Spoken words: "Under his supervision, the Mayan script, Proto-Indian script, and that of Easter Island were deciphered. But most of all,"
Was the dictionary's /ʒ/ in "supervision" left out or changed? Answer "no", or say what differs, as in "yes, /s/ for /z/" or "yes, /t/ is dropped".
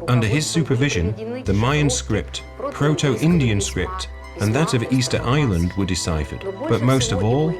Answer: no